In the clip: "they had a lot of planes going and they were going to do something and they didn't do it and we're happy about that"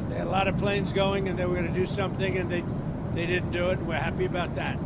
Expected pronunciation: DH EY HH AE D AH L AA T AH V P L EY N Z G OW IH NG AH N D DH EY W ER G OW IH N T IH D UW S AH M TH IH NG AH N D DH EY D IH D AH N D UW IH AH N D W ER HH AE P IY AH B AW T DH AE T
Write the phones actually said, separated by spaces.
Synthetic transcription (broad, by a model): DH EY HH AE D AH L AA T AH V P L EY N Z G OW IH NG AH N DH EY W ER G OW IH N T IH D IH S AH M TH IH NG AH N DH DH EY D IH D N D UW IH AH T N W ER HH AE P IY AH B AW T DH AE T